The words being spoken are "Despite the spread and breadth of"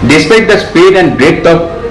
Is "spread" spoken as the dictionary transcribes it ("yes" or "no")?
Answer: no